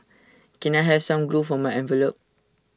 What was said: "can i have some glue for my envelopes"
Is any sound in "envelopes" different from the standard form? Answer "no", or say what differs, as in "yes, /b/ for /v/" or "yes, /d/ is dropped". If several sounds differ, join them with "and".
yes, /s/ is dropped